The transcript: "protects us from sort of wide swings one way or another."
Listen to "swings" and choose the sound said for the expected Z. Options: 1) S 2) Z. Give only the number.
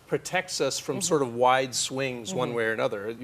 2